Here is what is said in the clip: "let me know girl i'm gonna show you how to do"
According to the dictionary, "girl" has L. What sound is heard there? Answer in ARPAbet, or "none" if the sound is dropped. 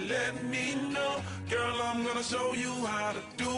L